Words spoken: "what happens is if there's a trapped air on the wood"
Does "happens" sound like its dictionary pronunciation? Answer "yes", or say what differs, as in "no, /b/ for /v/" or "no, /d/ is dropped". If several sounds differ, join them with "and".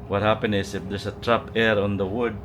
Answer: no, /z/ is dropped